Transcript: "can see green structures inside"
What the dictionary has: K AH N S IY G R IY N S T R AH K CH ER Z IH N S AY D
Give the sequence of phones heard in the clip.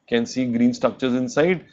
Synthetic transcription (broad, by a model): K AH N S IY G R IY N S T R AH K CH ER Z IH N S AY D